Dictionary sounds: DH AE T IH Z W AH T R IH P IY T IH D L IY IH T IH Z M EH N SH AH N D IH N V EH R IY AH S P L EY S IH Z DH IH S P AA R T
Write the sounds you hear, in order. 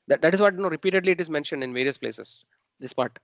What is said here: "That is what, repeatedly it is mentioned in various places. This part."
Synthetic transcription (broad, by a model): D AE T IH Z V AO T R IH P IY T IH D L IY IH T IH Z M EH N SH AH N D IH N V EH R IY AH S P L EY S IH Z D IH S P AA R T